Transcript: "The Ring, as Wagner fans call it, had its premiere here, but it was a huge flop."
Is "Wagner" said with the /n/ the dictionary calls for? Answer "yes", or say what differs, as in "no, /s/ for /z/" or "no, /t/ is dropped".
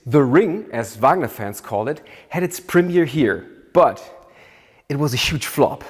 yes